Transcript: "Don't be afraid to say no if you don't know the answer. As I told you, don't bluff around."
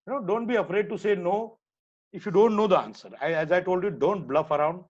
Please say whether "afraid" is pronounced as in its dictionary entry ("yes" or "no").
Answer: yes